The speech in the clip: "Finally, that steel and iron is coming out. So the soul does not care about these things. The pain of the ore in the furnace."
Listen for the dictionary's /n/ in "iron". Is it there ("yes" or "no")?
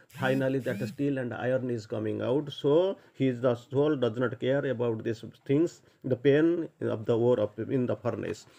yes